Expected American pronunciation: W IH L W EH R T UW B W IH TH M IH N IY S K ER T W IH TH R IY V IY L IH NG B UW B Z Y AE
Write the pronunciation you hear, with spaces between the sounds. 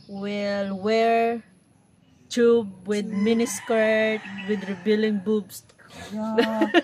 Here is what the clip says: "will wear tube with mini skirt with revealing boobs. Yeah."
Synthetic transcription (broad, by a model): W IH L W EH R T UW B W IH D M IH N IY S K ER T W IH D R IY B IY L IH NG B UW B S